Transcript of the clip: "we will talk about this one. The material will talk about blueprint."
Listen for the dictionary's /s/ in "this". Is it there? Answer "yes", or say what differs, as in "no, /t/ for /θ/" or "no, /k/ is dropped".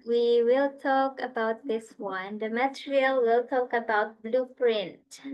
yes